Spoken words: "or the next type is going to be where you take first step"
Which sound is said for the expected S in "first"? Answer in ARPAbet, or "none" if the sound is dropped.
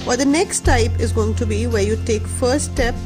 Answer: none